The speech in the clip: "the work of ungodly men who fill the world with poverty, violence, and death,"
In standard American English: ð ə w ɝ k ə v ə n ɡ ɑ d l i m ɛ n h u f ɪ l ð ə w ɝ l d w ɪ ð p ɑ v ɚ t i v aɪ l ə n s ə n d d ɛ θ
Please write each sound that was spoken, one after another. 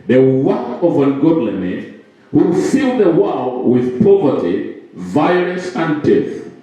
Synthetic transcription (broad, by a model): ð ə w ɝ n ə v ə n ɡ ɑ d l i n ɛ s h u f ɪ l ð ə w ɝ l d w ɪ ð p ɑ v ɚ t i v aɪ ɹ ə s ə n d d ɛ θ